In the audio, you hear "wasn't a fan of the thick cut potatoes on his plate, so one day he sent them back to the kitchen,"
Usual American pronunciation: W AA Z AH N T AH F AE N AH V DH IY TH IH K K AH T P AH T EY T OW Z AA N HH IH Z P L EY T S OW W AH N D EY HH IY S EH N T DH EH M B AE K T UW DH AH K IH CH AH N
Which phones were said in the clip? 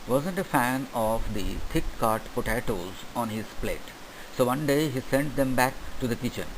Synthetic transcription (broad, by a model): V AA Z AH N T AH F AE N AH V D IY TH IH K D T P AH T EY T OW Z AA N HH IH Z P L EY T S OW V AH N D EY HH IY S EH N T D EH M B AE K T UW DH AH K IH CH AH N